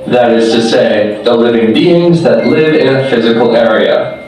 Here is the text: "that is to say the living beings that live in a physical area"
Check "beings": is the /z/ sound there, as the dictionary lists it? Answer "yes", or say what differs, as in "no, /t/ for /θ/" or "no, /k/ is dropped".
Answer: yes